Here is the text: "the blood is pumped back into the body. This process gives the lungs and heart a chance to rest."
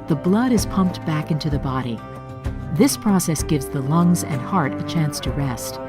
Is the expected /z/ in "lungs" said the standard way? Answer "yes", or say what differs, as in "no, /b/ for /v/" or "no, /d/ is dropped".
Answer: yes